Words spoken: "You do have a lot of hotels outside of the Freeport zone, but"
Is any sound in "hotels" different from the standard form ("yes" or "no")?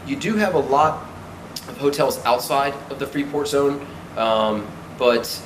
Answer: no